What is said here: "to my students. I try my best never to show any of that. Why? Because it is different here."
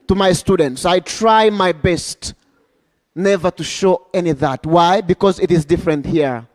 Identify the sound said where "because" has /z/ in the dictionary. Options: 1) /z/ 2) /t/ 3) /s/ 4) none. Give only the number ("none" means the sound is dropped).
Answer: 1